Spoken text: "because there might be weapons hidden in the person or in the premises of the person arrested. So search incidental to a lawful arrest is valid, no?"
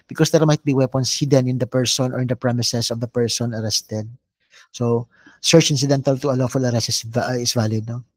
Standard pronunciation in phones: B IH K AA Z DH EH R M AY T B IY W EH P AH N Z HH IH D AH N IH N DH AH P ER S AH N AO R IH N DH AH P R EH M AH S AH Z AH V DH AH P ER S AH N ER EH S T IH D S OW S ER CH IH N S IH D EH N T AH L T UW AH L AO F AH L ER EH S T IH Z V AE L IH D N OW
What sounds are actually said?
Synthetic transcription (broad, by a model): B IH K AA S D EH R M AY T B IY W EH P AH N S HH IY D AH N IH N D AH P ER S AH N AO R IH N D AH P R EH M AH S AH S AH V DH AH P ER S AH N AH EH S T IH D S OW S ER CH IH N S IH D EH N T AH L T UW AH L AO F AH L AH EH S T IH S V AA L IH D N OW